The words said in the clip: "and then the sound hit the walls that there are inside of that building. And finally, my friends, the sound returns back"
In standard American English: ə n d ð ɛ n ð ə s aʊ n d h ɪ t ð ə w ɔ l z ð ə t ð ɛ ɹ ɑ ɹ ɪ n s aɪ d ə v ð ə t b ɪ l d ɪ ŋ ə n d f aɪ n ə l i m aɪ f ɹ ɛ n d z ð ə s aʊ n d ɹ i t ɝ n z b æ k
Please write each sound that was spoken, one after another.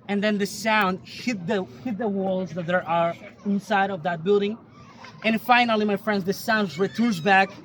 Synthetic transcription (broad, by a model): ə n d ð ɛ n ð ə s aʊ n d h ɪ t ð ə w ɔ l z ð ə t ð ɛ ɹ ɑ ɹ ɪ n s aɪ d ə v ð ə t b ɪ l d ɪ ŋ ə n f aɪ n ə l i m aɪ f ɹ ɛ n d z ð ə s aʊ n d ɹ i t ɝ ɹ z b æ k